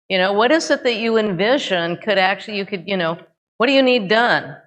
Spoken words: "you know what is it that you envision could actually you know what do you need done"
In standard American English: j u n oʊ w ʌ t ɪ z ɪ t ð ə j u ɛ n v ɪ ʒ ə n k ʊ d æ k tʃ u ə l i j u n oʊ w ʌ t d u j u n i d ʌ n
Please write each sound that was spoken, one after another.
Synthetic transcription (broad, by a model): j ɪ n oʊ w ʌ t ɪ z ɪ t ð ə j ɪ ɛ n v ɪ ʒ ə n k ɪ d æ k tʃ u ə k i j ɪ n oʊ w ʌ t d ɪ j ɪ n i d ʌ n